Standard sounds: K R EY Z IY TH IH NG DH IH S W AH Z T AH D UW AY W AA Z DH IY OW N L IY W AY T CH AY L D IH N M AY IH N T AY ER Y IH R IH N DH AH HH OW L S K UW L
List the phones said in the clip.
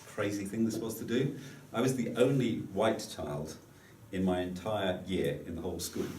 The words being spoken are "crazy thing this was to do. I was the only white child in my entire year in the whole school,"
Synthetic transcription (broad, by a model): K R EY Z IY TH IH NG DH IH S W AH Z T AH D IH AY W AA Z DH IY OW N L IY W AY T CH AY L D IH N M AY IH N T AY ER Y IH R IH N DH AH HH OW L S K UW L